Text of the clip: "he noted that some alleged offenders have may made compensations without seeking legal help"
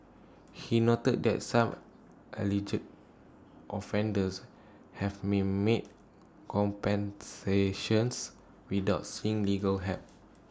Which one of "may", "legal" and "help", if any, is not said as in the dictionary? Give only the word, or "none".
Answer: help